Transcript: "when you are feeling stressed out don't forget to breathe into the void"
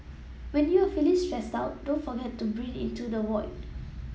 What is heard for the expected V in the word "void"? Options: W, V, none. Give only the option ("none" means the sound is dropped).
W